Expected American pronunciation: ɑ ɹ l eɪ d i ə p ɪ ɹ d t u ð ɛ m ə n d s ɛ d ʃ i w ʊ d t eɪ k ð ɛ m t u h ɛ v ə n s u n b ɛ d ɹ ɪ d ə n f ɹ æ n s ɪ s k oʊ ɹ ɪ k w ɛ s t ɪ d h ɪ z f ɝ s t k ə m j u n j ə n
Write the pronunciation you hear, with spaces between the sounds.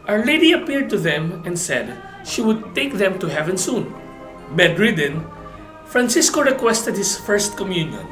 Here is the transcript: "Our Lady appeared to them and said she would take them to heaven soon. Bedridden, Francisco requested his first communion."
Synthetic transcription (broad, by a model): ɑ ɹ l eɪ d i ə p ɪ ɹ d t u ð ɛ m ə n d s ɛ d ʃ i w ʊ d t eɪ k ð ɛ m t u h ɛ v ə n s u n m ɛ d ɹ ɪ d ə n f ɹ æ n s ɪ s k oʊ ɹ ɪ k w ɛ s t ɪ d h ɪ s f ɝ s t k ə m j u n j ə n